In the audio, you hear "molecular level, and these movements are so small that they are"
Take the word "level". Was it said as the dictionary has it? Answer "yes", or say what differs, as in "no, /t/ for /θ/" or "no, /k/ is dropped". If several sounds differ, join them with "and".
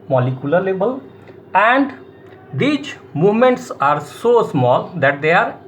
no, /b/ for /v/